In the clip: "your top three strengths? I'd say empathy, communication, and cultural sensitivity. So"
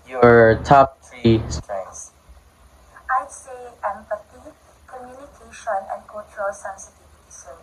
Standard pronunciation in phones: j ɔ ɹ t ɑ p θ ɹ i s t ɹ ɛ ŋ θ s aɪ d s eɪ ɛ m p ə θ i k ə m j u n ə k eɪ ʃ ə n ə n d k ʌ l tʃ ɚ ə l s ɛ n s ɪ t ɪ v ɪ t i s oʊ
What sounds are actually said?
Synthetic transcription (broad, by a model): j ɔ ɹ t ɑ p t ɹ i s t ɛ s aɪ s eɪ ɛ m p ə t i k ə m j u n ə k eɪ ʃ ə n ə n k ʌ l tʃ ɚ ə l s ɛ n s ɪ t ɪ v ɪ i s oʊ